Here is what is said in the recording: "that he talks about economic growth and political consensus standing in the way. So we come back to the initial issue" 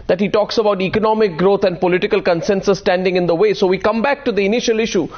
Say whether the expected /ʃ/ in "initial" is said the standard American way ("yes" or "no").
yes